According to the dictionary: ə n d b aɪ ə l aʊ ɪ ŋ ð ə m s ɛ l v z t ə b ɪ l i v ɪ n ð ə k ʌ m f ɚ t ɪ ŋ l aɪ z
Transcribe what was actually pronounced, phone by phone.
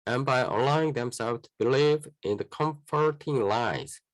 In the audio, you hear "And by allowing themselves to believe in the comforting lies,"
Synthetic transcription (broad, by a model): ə n b aɪ ə l aʊ ɪ ŋ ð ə m s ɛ l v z t ə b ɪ l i v ɪ n ð ə k ʌ m f ɚ t ɪ ŋ l aɪ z